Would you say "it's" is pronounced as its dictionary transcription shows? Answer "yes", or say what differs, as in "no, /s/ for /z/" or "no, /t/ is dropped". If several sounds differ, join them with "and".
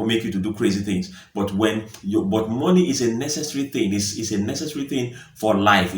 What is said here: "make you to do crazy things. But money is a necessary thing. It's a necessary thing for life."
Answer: no, /s/ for /t/